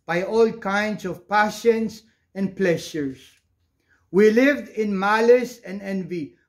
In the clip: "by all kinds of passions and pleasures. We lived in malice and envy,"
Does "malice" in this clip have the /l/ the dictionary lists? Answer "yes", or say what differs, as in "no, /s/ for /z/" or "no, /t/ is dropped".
yes